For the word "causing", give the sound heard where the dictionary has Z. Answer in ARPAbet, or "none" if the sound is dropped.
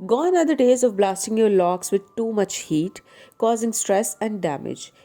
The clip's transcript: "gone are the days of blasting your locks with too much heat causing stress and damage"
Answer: Z